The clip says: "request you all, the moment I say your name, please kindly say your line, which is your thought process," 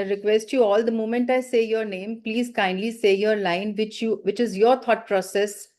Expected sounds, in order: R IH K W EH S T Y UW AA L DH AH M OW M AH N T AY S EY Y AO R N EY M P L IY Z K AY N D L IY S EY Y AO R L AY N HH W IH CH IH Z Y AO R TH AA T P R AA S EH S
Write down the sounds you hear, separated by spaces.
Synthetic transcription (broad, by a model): R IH K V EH S T Y UW AA L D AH M OW M AH N T AY S EY Y AO R N EY M P L IY Z K AY N D L IY S EY Y AO R L AY N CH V IH CH IH Z Y AO R T AA T P R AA S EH S